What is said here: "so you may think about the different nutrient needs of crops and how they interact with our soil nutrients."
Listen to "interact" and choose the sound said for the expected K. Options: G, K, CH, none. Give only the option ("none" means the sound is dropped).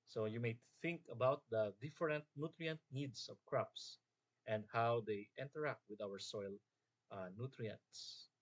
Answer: K